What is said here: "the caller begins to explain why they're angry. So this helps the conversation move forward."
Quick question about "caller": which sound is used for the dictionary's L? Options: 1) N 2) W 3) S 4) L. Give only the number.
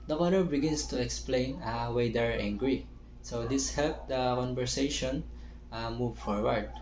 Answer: 1